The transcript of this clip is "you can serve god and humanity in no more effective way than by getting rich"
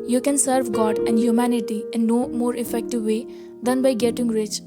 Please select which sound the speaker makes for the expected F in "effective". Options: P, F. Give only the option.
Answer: F